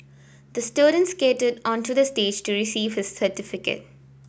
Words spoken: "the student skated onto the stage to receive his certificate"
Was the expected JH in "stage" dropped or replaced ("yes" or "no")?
no